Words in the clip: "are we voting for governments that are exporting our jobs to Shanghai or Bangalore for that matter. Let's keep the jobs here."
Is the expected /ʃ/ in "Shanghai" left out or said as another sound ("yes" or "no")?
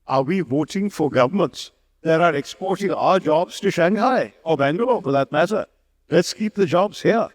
no